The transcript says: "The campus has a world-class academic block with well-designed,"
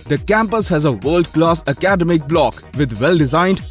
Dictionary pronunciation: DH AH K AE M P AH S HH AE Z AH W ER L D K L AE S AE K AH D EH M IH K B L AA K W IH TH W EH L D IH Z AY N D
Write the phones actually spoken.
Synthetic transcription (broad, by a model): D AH K AE M P AH S HH AE Z AH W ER L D K L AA S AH K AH D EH M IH K B L AA K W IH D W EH L D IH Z AY N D